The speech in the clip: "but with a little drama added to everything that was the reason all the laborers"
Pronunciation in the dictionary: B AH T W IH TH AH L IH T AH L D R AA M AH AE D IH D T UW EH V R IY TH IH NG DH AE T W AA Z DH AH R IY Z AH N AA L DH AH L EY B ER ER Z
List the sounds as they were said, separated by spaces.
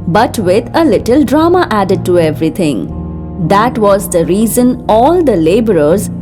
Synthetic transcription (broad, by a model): B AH T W IH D AH L IH T AH L D R AA M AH AE D IH D T UW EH V R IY T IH NG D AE T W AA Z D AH R IY Z AH N AA L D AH L EY B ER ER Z